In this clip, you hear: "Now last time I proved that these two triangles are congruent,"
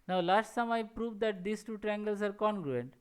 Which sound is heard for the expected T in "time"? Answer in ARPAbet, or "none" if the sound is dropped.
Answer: S